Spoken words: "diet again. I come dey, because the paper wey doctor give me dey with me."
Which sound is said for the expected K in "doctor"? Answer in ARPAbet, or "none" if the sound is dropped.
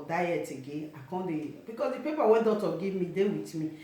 none